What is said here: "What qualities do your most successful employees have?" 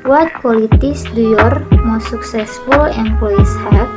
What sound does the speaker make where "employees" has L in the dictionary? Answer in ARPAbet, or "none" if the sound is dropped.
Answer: none